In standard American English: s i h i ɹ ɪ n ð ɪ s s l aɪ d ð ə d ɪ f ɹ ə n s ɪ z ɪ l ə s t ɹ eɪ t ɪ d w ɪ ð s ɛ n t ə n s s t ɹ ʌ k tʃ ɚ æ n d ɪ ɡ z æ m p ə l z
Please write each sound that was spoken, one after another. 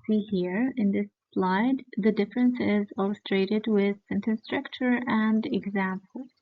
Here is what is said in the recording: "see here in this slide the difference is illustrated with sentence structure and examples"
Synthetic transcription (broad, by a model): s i h i ɹ ɪ n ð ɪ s s l aɪ d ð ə d ɪ f ɹ ə n s ɪ z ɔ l s t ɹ eɪ t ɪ d w ɪ ð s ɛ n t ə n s s t ɹ ʌ k tʃ ɚ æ n d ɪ ɡ z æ m p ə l